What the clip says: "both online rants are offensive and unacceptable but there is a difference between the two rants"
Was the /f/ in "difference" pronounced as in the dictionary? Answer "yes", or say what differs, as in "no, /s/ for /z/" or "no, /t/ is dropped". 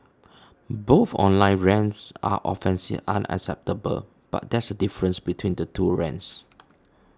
no, /f/ is dropped